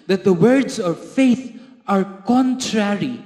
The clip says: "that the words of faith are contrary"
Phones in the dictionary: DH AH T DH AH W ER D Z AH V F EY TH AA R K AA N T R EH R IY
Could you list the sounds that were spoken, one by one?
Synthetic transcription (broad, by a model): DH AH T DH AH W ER D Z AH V F EY T AA R K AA N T R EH R IY